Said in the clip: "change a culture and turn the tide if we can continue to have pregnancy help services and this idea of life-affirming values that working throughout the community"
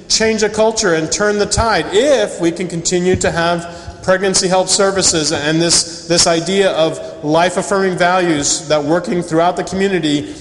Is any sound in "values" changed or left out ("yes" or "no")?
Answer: no